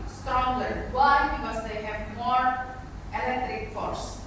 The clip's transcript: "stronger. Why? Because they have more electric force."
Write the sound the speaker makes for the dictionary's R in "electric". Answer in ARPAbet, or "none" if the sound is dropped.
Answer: R